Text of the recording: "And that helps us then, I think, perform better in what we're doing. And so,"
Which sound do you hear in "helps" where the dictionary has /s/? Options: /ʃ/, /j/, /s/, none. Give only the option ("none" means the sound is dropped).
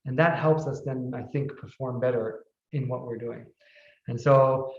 /s/